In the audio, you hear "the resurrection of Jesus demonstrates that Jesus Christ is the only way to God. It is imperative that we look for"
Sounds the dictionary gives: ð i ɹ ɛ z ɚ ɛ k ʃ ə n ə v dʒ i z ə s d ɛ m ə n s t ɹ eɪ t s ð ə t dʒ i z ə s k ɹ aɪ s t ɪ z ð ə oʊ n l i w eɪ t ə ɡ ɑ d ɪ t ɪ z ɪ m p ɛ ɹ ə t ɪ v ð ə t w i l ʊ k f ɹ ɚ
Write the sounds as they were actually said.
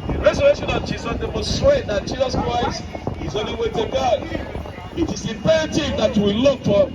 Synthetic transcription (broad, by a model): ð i ɹ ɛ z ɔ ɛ ʃ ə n ə v dʒ i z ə s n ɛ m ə s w eɪ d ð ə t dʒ i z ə s k ɹ aɪ s t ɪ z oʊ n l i w eɪ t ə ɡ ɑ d ɪ t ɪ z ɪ p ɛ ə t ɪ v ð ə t w i l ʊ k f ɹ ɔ